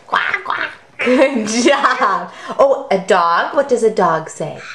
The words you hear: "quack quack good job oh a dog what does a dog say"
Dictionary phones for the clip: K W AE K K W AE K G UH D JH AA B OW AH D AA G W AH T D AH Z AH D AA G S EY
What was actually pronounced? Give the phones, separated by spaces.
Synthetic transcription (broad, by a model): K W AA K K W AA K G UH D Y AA OW AH D AA G W AH T D AH Z AH D AA G S EY